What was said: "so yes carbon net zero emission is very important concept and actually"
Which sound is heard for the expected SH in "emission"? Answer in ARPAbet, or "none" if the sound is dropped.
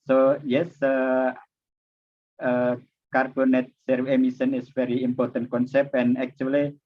S